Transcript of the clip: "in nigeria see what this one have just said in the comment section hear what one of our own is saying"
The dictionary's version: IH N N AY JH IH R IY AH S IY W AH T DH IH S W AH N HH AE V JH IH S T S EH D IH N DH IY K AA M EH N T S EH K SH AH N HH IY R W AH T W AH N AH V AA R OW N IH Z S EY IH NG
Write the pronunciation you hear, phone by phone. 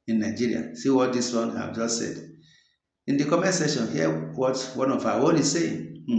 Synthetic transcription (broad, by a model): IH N N AY JH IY R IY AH S IY W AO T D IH S W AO N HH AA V JH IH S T S EH D IH N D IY K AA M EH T S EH SH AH N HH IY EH W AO T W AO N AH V AA W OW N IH S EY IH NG